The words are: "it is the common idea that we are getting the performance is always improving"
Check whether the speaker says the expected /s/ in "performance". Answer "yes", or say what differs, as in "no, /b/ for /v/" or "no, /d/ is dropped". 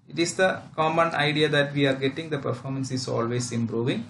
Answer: yes